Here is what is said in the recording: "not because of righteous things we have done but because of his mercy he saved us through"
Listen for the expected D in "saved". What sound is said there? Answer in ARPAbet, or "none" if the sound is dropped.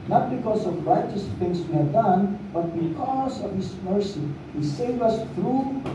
none